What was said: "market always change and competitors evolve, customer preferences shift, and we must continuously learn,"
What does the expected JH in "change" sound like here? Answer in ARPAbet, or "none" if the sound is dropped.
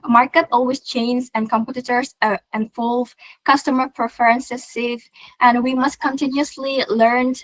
Z